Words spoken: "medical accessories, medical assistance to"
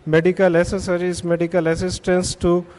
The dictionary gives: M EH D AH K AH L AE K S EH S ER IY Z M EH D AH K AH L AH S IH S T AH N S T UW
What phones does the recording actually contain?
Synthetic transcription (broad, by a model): M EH D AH K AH L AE S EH S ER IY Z M EH D AH K AH L AH S IH S T AH N S T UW